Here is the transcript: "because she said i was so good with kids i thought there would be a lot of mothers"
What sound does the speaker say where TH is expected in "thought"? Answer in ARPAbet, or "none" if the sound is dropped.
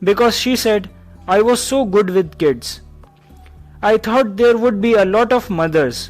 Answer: T